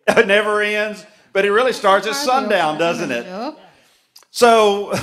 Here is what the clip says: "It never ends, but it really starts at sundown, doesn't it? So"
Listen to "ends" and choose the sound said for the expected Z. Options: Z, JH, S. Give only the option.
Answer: Z